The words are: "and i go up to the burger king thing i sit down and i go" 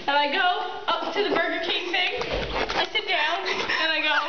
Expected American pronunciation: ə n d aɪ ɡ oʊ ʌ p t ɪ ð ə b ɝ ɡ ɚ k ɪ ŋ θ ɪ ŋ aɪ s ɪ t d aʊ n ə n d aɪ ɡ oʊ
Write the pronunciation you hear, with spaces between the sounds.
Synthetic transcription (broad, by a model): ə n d aɪ ɡ oʊ ʌ p t ɪ ð ə b ɝ ɡ ɚ k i θ ɪ ŋ aɪ s ɪ t d aʊ n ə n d aɪ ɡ oʊ